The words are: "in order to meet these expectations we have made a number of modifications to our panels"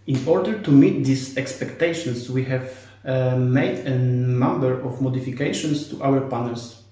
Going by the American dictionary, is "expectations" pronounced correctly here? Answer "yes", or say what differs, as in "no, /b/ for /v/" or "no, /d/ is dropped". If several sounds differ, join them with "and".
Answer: no, /s/ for /z/